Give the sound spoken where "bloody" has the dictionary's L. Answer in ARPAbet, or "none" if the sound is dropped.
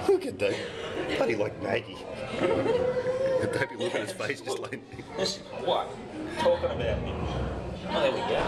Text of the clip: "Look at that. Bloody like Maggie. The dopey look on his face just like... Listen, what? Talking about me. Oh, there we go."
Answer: none